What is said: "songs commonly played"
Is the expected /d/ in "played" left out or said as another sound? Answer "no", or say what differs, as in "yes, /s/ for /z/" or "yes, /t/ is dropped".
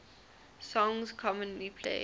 yes, /d/ is dropped